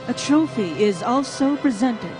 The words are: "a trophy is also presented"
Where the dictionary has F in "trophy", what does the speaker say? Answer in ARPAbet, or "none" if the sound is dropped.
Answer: F